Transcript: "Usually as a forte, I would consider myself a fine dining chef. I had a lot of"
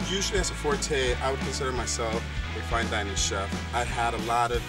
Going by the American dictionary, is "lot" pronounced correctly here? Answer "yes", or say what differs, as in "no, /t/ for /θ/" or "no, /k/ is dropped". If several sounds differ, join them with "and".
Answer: yes